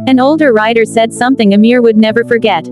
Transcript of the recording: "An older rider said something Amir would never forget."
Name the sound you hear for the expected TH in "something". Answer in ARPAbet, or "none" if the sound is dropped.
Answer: TH